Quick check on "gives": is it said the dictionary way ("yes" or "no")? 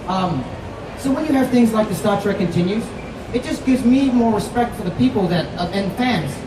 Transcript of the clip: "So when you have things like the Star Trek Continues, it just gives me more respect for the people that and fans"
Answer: yes